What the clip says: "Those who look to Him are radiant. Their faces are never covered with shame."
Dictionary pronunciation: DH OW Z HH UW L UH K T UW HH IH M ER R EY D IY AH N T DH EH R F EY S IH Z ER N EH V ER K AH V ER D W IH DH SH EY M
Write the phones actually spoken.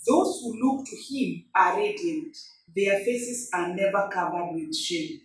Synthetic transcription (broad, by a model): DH OW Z HH UW L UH K T UW HH IH M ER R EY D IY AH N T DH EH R F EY S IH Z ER N EH V ER K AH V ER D W IH DH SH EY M